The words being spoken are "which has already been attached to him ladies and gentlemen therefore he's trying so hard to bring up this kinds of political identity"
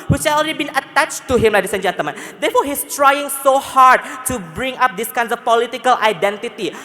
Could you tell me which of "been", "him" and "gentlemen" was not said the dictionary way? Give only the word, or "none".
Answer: gentlemen